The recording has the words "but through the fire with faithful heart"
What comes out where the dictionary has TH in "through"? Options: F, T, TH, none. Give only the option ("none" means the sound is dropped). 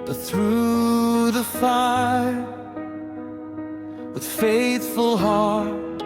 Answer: TH